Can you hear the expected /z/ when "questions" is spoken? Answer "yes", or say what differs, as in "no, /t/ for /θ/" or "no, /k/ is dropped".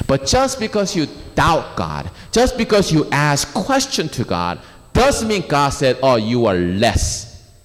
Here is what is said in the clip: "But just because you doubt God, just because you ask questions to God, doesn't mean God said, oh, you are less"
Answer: no, /z/ is dropped